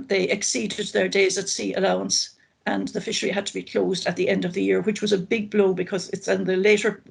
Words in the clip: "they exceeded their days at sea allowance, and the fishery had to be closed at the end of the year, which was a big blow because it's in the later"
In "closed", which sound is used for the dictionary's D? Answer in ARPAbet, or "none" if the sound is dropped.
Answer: D